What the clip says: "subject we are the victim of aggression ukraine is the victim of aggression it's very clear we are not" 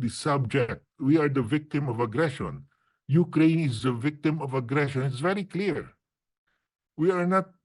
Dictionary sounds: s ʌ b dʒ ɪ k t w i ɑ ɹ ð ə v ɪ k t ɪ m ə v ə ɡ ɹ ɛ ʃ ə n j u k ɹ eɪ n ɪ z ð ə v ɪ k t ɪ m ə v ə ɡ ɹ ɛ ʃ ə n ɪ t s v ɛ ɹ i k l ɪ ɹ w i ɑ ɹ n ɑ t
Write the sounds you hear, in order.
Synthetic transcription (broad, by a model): s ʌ b dʒ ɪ k t w i ɑ ɹ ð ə v ɪ k t ɪ m ə v ə ɡ ɹ ɛ ʃ ə n j u k ɹ eɪ n ɪ z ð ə v ɪ k t ɪ m ə v ə ɡ ɹ ɛ ʃ ə n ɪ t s v ɛ ɹ i k l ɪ ɹ w i ɑ ɹ n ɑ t